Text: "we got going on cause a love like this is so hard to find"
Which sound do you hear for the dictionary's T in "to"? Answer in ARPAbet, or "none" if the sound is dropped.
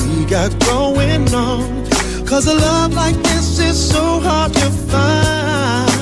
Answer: T